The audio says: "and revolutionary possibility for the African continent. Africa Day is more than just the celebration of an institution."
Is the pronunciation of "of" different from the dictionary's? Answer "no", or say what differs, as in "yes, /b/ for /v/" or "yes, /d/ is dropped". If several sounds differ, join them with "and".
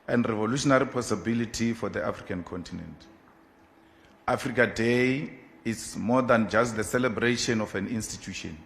yes, /f/ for /v/